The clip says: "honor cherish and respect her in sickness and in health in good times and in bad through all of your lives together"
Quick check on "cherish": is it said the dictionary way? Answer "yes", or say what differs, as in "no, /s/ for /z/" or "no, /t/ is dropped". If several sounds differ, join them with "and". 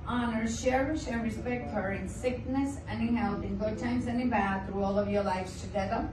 no, /ʃ/ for /tʃ/